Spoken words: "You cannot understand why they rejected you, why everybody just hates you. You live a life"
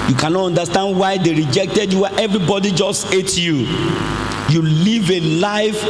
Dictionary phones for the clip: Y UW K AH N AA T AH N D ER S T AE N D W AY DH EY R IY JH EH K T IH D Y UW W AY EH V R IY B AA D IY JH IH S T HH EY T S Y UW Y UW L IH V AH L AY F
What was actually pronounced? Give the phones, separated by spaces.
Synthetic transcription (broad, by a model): Y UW K AH N AA T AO N D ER S T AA N D W AY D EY R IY JH EH K T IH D Y UW W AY EH V R IY B AA D IY JH IH S T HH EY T Y UW Y UW L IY V AH L AY F